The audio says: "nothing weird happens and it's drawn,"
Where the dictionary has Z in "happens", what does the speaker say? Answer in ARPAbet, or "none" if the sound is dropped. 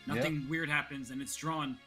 Z